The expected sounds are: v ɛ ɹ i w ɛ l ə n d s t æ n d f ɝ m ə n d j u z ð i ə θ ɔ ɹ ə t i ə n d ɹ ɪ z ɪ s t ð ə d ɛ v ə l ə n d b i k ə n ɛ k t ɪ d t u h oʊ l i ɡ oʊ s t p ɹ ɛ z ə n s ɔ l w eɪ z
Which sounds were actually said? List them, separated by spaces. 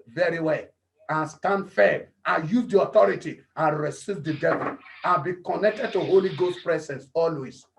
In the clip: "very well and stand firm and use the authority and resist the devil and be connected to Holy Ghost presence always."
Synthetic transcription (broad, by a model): v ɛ ɹ i w ɛ l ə n s t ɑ n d f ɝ ə j u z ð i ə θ ɔ ɹ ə t i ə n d ɹ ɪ s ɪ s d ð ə d ɛ v ə l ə b i k ə n ɛ k t ɪ d t u h oʊ l i ɡ oʊ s p ɹ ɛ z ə n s ɔ l w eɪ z